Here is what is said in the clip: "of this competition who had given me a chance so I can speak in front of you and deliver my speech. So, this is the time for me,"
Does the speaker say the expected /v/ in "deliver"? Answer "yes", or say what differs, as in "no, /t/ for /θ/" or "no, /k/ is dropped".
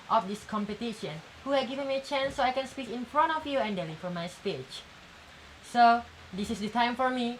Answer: no, /f/ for /v/